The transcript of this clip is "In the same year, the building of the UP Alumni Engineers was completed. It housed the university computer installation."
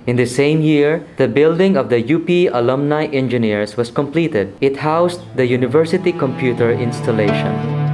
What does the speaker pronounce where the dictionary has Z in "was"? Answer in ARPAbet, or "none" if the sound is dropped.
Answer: S